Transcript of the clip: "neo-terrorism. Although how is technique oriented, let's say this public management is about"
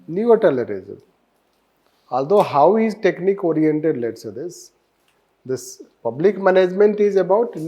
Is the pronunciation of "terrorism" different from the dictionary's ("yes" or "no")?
yes